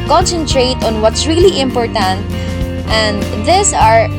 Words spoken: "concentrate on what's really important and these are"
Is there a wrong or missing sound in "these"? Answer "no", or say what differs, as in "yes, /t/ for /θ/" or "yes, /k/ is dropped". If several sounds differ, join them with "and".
yes, /s/ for /z/